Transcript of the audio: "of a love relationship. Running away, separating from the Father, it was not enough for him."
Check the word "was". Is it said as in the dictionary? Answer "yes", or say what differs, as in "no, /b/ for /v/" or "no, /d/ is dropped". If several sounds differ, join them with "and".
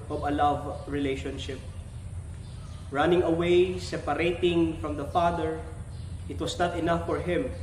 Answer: no, /s/ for /z/